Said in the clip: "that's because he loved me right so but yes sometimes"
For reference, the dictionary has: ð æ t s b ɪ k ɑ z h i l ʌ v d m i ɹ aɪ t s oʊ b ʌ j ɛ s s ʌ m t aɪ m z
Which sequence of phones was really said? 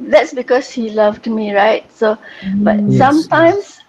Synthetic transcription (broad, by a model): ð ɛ t s b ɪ k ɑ s h i l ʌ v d m i ɹ aɪ t s oʊ b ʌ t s s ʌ m t aɪ m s